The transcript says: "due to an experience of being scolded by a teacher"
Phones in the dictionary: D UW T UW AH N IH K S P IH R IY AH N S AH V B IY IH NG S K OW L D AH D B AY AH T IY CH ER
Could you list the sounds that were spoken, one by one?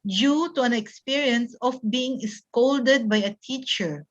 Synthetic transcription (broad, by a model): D UW T UW AH N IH K S P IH R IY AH N S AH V B IY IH NG S K OW L D AH D B AY AH T IY CH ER